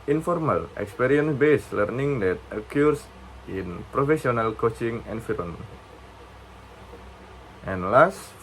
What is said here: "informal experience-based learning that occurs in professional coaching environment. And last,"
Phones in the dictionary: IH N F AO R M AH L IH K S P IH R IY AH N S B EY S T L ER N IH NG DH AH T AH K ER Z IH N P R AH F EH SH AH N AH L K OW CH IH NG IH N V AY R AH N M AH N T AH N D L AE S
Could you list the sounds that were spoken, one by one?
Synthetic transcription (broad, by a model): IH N F AO R M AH L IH K S P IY R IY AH N S B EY S L ER N IH NG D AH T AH K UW S IH N P R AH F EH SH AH N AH L K OW CH IH NG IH N F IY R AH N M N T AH N L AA S